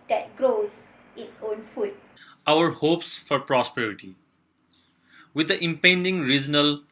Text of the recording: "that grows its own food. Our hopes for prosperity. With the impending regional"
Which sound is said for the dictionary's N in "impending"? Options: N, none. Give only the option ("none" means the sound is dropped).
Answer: N